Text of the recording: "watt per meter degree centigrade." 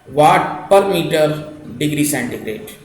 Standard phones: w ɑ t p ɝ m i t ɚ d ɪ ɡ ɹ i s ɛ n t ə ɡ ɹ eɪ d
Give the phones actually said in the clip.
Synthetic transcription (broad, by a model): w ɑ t p ɝ m i t ɚ d ɪ ɡ ɹ i s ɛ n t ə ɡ ɹ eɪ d